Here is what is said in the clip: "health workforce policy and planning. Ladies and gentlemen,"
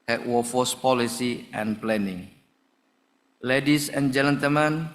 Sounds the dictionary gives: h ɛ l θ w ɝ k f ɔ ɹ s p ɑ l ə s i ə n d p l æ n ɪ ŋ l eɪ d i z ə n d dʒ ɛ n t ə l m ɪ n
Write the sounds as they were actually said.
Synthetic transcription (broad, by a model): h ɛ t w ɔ f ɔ s p ɑ l ə s i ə n p l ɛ n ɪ ŋ l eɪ d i s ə n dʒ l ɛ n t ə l m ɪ n